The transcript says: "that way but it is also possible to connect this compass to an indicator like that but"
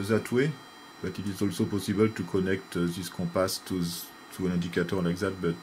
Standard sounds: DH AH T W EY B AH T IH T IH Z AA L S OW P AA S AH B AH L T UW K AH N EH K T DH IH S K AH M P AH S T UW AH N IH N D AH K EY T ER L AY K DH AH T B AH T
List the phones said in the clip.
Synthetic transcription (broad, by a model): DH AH T W EY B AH T IH T IH Z AA L S OW P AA S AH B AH L T UW K AH N EH K T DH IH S K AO P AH S T UW AH N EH D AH K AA T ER L AY K DH AH T B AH T